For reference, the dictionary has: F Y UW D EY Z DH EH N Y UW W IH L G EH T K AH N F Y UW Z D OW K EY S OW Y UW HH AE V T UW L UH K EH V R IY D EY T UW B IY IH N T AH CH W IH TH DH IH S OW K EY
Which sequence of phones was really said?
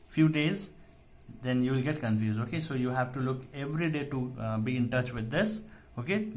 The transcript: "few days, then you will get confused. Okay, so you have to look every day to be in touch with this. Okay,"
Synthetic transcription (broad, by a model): F Y UW D EY Z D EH N Y UW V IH L G EH T K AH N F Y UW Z OW K EY S OW Y UW HH AE V T UW L UH K EH V R IY D EY T UW B IY IH N T AH CH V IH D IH S OW K EY